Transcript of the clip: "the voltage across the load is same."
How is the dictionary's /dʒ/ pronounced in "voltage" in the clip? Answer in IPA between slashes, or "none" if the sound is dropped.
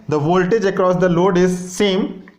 /dʒ/